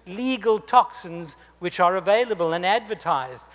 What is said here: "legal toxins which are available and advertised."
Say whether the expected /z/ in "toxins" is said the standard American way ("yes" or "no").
yes